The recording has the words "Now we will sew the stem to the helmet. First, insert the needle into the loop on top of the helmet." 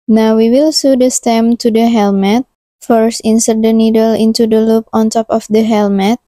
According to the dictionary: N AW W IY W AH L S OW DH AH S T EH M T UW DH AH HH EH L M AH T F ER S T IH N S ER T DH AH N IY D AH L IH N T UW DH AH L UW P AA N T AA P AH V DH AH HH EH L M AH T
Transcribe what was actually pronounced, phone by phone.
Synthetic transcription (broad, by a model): N AW W IY W AH L S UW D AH S T EH M T UW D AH HH EH L M AH T F ER S T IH N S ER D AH N IY D AH L IH N T UW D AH L UW P AA N T AA P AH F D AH HH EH L M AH T